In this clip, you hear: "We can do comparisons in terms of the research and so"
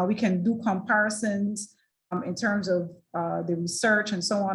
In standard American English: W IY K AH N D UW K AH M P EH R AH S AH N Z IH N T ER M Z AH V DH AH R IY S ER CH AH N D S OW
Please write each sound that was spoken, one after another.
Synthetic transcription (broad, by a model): W IY K AH N D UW K AH M P EH R AH S AH N Z IH N T ER M Z AH V DH AH R IY S ER CH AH N S OW